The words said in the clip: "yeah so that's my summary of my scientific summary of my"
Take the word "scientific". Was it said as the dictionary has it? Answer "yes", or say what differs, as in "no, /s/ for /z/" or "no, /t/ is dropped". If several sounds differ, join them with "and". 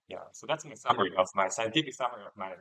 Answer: no, /n/ is dropped